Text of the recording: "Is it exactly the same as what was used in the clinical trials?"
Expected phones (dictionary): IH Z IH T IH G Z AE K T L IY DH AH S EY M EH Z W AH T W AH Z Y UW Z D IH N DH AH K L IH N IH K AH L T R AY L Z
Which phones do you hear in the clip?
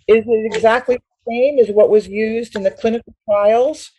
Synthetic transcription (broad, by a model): IH Z IH T IH G Z AE K T L IY DH AH S EY M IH Z W AH T W AH Z Y UW Z D IH N DH AH K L IH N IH K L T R AY L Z